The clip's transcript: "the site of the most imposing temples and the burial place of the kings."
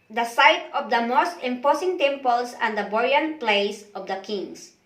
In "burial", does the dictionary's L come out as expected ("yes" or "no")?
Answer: no